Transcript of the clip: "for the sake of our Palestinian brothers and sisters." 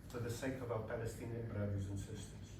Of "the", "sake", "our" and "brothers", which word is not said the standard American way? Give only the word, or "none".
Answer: none